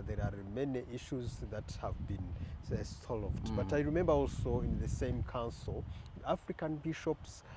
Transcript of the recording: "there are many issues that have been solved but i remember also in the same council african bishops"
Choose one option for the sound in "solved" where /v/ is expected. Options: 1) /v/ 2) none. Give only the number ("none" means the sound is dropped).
1